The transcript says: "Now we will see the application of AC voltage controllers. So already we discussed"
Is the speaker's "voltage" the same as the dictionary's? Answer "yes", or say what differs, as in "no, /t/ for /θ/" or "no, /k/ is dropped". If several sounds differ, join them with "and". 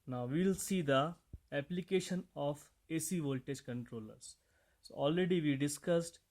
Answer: yes